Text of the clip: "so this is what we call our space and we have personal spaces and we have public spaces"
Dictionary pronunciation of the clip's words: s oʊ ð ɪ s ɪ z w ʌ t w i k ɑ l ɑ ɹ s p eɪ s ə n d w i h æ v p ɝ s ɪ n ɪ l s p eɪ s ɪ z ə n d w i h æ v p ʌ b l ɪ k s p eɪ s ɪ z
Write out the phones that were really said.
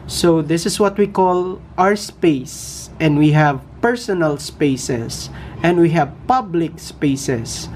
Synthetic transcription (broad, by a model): s oʊ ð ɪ s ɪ s w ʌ t w i k ɑ l ɑ ɹ s p eɪ s ə n d w i h æ v p ɝ s ɪ n ɪ l s p eɪ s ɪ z ə n d w i h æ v p ʌ b l ɪ k s p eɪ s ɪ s